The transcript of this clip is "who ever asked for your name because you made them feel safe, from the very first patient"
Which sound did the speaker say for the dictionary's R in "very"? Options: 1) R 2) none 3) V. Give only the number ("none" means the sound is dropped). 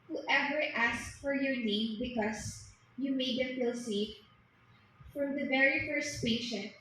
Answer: 1